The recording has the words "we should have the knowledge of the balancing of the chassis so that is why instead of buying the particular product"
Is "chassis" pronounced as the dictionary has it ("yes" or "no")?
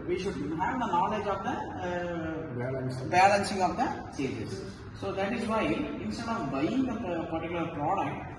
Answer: no